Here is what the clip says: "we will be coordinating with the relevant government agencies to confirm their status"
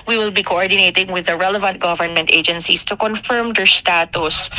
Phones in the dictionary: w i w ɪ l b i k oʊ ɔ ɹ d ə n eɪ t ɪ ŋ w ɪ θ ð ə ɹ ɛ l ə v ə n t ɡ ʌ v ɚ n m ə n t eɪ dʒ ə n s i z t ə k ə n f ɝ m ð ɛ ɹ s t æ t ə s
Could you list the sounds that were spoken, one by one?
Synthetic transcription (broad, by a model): w i w ɪ l b i k oʊ ɔ ɹ d ə n eɪ t ɪ ŋ w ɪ ð ə ɹ ɛ l ə v ə n t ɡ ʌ v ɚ n m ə n t eɪ dʒ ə n s i s t ə k ə n f ɝ m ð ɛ ɹ s t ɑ t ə s